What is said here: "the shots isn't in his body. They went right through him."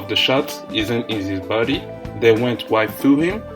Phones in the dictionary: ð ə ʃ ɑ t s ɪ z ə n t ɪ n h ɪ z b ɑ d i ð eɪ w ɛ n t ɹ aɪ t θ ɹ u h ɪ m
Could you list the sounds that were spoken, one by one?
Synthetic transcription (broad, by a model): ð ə ʃ ɑ t s ɪ z ə n t ɪ n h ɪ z b ɑ d i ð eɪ w ɛ n t w aɪ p θ ɹ u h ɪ m